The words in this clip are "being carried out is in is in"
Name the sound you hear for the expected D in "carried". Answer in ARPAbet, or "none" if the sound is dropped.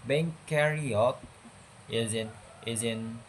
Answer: none